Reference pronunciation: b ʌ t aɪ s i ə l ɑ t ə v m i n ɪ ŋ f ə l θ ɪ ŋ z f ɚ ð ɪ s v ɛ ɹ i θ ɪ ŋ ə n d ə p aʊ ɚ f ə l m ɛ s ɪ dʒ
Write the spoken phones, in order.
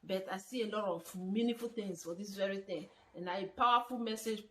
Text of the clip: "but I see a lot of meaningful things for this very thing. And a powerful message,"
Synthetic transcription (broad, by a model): b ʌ t aɪ s i ə l ɑ t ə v m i n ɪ f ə l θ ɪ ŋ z f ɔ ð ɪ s v ɛ ɹ i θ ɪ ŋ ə n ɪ ə p aʊ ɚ f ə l m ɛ s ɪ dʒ